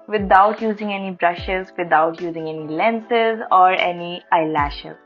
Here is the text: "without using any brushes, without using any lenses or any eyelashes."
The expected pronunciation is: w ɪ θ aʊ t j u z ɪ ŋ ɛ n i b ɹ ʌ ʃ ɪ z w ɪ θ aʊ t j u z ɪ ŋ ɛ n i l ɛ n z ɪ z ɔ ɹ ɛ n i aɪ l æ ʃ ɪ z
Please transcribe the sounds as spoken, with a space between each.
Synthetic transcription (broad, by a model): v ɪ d aʊ t j u z ɪ ŋ ɛ n i b ɹ ʌ ʃ ɪ z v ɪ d aʊ t j u z ɪ ŋ ɛ n i l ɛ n s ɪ z ɔ ɹ ɛ n i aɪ l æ ʃ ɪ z